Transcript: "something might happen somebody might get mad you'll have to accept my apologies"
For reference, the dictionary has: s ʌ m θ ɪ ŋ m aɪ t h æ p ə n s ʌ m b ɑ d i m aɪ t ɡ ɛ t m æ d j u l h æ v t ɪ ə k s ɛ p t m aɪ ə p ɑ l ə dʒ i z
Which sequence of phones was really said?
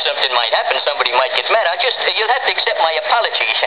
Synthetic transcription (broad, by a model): s ʌ m θ ɪ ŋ m aɪ t h æ p ə n s ʌ m b ɑ d i m aɪ t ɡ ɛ t m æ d j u l h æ f t ɪ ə k s ɛ p t m aɪ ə p ɑ l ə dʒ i